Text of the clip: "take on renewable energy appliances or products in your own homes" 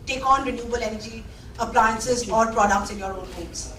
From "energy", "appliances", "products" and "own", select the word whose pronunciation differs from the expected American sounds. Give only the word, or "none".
none